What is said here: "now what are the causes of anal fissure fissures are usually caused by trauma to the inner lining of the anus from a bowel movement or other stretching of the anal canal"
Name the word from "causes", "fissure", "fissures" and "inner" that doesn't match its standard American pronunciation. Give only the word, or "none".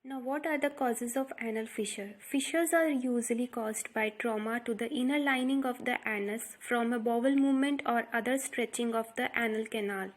none